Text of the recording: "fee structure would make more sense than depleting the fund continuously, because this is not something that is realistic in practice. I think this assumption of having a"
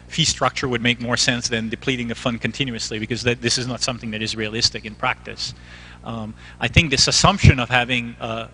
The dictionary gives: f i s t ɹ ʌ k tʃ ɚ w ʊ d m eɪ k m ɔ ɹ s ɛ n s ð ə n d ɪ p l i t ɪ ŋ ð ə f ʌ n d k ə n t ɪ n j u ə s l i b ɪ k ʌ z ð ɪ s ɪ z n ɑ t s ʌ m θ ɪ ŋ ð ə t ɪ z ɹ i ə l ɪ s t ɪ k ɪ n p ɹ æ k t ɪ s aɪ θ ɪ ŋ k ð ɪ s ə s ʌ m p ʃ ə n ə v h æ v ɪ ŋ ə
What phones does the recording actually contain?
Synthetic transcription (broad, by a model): f i s t ɹ ʌ k tʃ ɚ w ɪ d m eɪ k m ɔ ɹ s ɛ n s ð ə n d ɪ p l i t ɪ ŋ ð ə f ʌ n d k ə n t ɪ n j u ə s l i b ɪ k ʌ z ð ɪ s ɪ z n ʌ t s ʌ m θ ɪ ŋ ð ə t ɪ z ɹ i ə l ɪ s t ɪ k ɪ n p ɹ æ k t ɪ s aɪ θ ɪ ŋ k ð ɪ s ə s ʌ m p ʃ ə n ə v h æ v ɪ ŋ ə